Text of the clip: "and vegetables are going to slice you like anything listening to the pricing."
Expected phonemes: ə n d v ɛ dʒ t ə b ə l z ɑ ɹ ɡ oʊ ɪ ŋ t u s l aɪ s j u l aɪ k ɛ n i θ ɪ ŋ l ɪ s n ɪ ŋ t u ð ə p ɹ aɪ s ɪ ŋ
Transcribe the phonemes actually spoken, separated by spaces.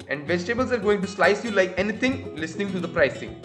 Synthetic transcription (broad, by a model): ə n d v ɛ dʒ t ə b ə l z ɑ ɹ ɡ oʊ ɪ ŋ t u s l aɪ s j u l aɪ k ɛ n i t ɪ ŋ l ɪ s n ɪ ŋ t u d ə p ɹ aɪ s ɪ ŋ